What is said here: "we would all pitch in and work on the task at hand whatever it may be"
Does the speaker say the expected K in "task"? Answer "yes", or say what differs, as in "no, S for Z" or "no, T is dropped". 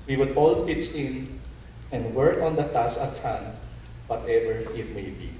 no, K is dropped